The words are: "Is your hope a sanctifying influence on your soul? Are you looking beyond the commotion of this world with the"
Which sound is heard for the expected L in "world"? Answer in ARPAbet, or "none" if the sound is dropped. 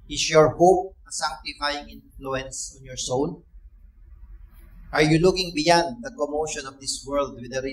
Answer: L